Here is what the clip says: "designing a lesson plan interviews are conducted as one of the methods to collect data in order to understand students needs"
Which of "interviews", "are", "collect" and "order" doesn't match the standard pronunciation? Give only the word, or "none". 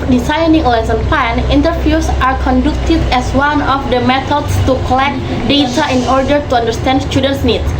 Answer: interviews